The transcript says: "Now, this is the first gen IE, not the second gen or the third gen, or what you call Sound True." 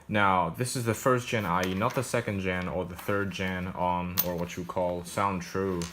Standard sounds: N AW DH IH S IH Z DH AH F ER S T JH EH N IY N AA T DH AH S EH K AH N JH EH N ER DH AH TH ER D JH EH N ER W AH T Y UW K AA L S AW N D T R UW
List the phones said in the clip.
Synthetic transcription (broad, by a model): N AW DH IH S IH Z DH AH F ER S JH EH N IY N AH T DH AH S EH K AH N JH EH N ER DH AH TH ER D JH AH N ER W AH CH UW K AA L S AW N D T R UW